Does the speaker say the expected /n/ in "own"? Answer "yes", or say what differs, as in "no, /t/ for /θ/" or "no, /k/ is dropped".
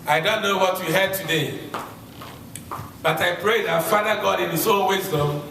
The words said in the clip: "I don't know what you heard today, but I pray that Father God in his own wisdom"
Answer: no, /l/ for /n/